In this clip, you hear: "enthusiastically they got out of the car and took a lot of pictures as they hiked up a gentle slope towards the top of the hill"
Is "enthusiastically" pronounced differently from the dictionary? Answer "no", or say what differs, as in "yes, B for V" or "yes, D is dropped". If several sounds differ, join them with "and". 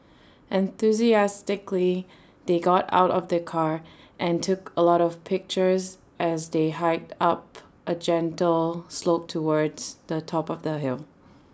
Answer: no